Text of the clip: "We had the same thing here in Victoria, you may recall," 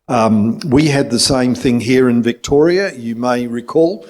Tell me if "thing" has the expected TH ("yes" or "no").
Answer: yes